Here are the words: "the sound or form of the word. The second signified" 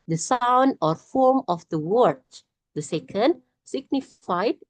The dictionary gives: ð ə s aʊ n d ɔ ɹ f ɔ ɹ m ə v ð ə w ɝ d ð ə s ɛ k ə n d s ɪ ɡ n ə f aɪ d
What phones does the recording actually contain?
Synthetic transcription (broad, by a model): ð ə s aʊ n d ɔ ɹ f ɔ ɹ m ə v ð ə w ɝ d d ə s ɛ k ə n d s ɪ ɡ n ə f aɪ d